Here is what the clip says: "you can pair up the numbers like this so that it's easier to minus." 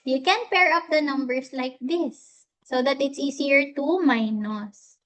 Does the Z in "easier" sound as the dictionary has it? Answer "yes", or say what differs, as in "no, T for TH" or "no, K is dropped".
no, S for Z